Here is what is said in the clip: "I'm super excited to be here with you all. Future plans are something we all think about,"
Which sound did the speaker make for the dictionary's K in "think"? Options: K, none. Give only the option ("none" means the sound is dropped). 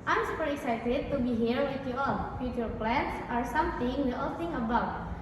none